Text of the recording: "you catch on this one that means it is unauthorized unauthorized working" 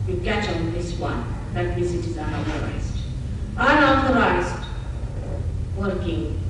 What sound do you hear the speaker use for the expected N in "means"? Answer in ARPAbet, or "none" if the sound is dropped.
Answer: none